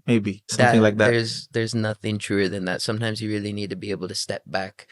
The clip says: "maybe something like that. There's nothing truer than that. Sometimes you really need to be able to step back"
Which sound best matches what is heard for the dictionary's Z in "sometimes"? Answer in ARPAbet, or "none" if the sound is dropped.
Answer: Z